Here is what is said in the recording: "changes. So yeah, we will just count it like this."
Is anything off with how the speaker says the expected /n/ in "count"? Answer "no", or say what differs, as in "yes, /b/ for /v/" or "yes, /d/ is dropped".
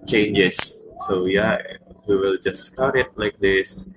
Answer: yes, /n/ is dropped